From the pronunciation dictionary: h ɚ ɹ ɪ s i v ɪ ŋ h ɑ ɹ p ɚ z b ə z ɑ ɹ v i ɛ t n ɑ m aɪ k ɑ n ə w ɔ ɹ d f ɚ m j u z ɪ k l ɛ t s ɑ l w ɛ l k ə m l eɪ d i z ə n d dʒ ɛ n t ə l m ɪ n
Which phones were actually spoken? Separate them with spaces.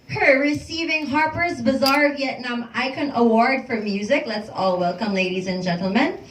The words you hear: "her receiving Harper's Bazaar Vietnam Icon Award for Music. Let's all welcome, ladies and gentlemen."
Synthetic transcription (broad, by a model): h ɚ ɹ ɪ s i v ɪ ŋ h ɑ ɹ p ɚ z b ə z ɑ ɹ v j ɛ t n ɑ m aɪ k ɑ n ə w ɔ ɹ d f ɚ m j u z ɪ k l ɛ t s ɑ l w ɛ l k ə m l eɪ d i z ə n dʒ ɛ n t l m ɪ n